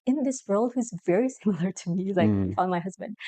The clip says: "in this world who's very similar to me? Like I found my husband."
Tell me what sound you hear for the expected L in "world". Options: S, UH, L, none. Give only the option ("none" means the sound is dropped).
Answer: L